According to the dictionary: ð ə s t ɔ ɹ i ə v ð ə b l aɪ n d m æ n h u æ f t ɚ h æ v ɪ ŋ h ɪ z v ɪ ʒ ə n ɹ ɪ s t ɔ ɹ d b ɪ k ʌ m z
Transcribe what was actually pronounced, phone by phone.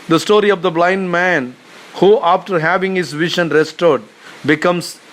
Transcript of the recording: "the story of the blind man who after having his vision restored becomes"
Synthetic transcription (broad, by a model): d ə s t ɔ ɹ i ə v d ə b l aɪ n d m æ n h u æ f t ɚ h æ v ɪ ŋ h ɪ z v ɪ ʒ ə n ɹ ɪ s t ɔ ɹ d b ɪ k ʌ m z